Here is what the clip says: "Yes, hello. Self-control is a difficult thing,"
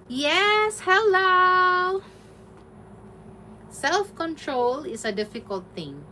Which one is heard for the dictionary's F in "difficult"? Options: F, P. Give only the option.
F